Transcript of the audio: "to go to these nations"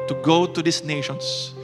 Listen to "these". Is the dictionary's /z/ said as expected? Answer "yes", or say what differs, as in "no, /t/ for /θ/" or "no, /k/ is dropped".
no, /s/ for /z/